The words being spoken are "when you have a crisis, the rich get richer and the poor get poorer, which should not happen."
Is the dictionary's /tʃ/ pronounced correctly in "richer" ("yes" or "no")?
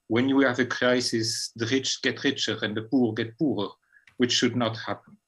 yes